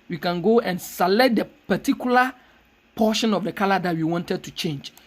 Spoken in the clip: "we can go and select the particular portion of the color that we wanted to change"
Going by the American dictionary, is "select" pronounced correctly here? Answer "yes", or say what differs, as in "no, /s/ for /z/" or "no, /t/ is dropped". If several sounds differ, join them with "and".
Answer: no, /k/ is dropped